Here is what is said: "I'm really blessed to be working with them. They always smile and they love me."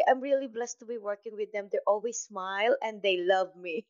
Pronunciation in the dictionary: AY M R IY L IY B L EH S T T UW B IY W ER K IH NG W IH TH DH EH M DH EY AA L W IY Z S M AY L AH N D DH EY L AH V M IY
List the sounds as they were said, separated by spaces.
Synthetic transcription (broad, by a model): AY M R IY L IY B L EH S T T UW B IY W ER K IH NG W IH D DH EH M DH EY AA L W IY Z S M AY L AH N D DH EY L AH V M IY